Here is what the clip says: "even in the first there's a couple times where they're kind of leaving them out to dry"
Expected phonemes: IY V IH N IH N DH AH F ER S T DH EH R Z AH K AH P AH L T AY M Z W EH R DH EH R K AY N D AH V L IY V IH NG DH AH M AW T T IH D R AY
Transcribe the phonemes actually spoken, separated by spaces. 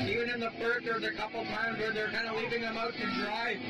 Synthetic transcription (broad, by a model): IY V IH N IH N DH AH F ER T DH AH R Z AH K AH P L T AY M Z W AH R DH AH R K AY N D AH L IY V IH NG DH AH M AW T T IH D R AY